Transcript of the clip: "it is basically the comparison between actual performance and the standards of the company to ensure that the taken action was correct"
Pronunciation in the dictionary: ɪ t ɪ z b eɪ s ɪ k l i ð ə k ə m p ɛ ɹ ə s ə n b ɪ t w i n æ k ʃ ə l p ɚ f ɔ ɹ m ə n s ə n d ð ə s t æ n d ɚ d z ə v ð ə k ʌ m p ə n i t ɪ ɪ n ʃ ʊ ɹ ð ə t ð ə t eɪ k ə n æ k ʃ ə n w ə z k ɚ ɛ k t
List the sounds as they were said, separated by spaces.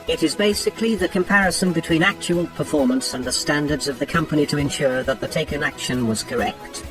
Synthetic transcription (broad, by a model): ɪ t ɪ z b eɪ s ɪ k l i ð ə k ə m p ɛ ɹ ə s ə n b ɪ t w i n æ k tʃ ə l p ɚ f ɔ ɹ m ə n s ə n ð ə s t æ n d ɚ d z ə v ð ə k ʌ m p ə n i t ɪ ɪ n ʃ ʊ ɹ ð ə t ð ə t eɪ k ə n æ k ʃ ə n w ə z k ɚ ɛ k t